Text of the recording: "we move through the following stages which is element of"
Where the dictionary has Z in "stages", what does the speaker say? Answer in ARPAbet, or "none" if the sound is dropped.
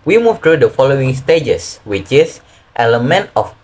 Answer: S